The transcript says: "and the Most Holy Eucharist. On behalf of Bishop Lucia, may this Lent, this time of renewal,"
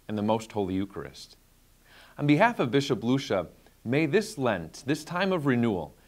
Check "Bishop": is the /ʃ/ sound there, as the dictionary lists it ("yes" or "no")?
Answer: yes